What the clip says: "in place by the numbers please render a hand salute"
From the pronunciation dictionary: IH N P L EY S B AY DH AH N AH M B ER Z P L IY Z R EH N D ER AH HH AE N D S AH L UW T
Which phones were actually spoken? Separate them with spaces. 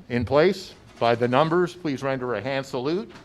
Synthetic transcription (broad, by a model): IH N P L EY S B AY DH AH N AH M B ER Z P L IY Z R EH N D ER AH HH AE N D S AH L UW T